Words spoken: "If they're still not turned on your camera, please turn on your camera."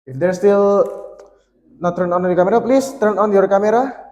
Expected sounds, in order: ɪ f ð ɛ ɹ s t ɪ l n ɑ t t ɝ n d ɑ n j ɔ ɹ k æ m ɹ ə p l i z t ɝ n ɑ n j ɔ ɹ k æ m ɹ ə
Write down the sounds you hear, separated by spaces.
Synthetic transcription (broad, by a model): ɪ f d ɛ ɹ s t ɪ l n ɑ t t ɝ n ɑ n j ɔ k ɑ m ɹ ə p l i s t ɝ n ɑ n j ɔ ɹ k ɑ m ɹ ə